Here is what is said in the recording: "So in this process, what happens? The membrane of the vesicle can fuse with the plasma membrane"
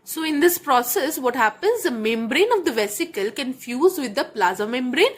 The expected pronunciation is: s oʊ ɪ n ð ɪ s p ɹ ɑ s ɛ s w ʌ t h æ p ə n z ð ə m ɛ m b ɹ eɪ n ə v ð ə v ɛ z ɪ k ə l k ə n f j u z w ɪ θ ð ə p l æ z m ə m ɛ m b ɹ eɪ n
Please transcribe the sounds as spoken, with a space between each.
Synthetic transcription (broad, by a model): s oʊ ɪ n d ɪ s p ɹ ɑ s ɛ s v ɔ t h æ p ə n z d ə m ɛ m b ɹ eɪ n ə v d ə v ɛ s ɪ k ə l k ə n f j u z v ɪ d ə p l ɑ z ə m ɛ m b ɹ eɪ n